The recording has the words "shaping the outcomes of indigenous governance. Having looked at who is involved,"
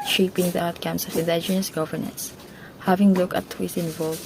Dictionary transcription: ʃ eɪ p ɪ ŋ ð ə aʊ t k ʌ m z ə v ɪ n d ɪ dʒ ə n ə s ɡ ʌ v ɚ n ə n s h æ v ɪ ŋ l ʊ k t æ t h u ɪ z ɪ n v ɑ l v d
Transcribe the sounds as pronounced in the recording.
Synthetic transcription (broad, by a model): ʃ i p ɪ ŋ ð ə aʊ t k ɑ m s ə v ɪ n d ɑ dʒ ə n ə s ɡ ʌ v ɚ n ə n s h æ v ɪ ŋ l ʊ k æ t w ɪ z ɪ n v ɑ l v